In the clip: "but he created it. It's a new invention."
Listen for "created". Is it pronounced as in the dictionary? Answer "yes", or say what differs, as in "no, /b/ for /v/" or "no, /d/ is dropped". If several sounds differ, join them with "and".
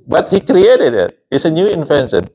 yes